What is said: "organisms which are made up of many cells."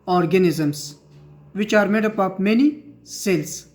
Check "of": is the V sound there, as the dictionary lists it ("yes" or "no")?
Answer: no